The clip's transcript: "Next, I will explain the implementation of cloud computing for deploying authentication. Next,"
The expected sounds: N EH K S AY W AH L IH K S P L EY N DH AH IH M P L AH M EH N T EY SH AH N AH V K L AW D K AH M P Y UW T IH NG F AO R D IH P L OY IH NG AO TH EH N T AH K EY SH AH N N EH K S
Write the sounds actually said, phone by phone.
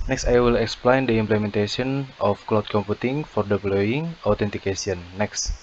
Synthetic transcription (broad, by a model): N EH K S AY W AH L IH K S P L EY N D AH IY M P L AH M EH N T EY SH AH N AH F K L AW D K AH M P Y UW T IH NG F AO R D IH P L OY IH NG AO T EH N T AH K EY S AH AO N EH K S